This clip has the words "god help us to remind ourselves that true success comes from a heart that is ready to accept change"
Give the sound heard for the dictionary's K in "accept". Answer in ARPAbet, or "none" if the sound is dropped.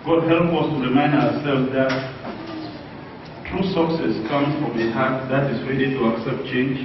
K